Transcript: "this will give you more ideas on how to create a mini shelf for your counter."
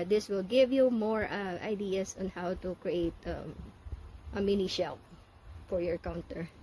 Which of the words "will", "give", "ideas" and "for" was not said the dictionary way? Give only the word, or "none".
ideas